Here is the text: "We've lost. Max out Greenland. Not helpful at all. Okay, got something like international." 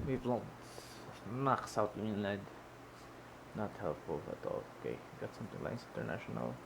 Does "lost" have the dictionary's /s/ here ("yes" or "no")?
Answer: no